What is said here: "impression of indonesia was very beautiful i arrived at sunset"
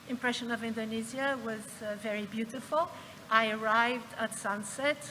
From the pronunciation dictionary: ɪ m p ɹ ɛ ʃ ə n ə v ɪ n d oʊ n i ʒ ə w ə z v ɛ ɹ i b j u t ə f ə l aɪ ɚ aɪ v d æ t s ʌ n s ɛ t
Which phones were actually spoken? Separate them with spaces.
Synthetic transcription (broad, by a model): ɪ m p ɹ ɛ ʃ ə n ə v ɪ n d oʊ n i z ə w ə z v ɛ ɹ i b j u t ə f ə l aɪ ɚ aɪ v d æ t s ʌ n s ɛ t